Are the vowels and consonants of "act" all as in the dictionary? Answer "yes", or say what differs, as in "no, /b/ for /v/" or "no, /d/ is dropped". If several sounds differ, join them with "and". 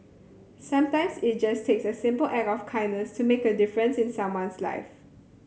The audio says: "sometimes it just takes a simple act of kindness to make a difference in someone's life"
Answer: no, /t/ is dropped